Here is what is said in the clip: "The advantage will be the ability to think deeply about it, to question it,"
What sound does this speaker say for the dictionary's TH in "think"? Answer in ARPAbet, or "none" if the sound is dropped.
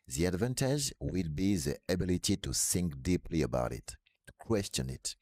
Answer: S